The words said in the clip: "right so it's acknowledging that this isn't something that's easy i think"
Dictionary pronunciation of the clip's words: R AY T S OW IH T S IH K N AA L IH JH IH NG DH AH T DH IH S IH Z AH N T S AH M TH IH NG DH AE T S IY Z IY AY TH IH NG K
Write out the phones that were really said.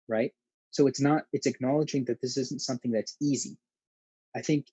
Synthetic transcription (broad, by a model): R AY T S OW IH T S IH K N AA L IH JH IH NG DH AH T DH IH S IH Z N T S AH M TH IH NG DH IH T S IY Z IY AY TH IH NG K